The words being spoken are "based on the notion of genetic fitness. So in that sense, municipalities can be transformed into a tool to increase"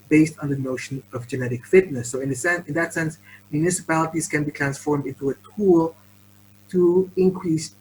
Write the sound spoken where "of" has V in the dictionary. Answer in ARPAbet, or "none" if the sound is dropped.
V